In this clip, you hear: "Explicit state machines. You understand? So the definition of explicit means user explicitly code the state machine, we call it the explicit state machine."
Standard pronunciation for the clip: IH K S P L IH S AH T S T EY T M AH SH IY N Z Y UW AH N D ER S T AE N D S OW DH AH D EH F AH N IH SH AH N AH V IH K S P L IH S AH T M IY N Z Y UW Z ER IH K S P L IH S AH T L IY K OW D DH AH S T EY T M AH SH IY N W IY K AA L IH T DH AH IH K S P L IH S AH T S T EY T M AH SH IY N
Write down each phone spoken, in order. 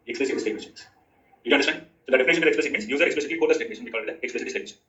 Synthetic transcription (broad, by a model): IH K S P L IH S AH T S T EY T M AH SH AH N Y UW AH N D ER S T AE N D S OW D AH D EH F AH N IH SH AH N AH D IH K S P L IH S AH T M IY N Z Y UW Z ER IH K S P L IH S AH T L IY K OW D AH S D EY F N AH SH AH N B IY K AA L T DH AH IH K S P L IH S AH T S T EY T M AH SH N